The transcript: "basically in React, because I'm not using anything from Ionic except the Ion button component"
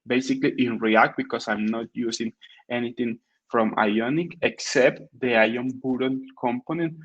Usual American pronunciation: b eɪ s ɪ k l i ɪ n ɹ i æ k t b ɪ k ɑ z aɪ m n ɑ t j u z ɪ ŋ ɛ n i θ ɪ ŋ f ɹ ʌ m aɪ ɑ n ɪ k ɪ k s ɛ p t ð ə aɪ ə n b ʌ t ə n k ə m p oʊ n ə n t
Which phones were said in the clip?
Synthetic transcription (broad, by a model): b eɪ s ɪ k l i ɪ n ɹ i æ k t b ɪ k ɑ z aɪ m n ɑ t j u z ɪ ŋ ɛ n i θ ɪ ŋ f ɹ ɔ m aɪ ɑ n ɪ k ɪ k s ɛ p t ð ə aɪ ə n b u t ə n k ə m p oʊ n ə n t